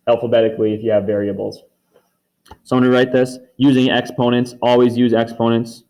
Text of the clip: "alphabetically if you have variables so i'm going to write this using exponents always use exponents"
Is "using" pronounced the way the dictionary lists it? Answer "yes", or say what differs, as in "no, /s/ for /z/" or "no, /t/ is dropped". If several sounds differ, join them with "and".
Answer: yes